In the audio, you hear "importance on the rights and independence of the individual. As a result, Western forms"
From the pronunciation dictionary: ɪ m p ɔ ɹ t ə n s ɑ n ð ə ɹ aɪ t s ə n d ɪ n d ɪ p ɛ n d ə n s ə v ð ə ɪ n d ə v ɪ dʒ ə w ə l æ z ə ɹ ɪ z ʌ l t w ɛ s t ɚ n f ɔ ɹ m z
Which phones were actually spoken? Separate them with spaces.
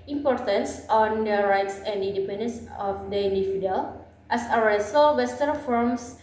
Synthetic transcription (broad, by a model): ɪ m p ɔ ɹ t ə n s ɑ n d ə ɹ aɪ t s ə n d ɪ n d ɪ p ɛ n d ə n s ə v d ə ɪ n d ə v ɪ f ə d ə l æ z ə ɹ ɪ s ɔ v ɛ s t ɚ f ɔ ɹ m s